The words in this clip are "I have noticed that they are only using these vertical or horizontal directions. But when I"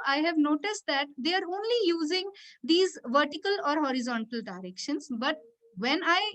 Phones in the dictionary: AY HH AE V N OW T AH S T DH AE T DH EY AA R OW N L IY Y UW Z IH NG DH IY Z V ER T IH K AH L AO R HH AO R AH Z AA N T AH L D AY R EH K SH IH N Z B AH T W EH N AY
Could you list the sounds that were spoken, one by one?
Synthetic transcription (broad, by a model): AY HH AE V N OW T AH S T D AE T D EY AA R OW N L IY Y UW Z IH NG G IY Z V ER T IH K AH L AO R HH AO R AH Z AA N T AH L D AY R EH K SH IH N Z B AH T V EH N AY